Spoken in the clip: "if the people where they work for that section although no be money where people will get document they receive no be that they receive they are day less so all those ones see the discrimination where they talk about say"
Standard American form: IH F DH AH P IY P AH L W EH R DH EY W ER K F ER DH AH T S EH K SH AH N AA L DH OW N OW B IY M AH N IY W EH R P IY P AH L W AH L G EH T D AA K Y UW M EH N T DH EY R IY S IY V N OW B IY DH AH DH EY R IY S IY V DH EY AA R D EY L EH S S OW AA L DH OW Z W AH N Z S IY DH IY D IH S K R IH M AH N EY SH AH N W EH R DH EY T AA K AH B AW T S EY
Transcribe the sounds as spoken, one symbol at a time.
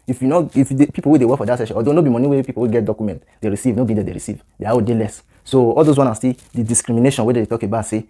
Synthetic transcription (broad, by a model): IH F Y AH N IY P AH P W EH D EY W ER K F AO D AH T S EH SH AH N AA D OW N OW B IY M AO N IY W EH P IY P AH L W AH G EH T D AA K Y UW M EH N T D EY R IY S IY V N OW B IY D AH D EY R IY S IY V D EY AA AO D EY L EH S S OW AA L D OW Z W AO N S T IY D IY D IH S K R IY M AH N EY SH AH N W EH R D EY T AA K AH B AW T S EY